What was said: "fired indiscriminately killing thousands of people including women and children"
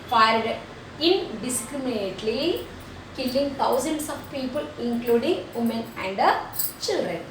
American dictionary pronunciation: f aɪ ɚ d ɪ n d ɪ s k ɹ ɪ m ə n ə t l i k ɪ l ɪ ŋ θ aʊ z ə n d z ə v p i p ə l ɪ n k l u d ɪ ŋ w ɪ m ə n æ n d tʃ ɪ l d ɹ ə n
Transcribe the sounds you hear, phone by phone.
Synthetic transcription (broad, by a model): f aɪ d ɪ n d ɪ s k ɹ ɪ m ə n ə t l i k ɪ l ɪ ŋ t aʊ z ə n d s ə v p i p ə l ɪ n k l u d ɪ ŋ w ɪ m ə n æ n d tʃ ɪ l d ɹ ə n